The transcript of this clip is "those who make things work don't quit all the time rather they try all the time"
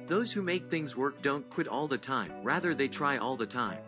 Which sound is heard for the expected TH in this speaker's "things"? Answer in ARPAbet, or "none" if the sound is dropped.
TH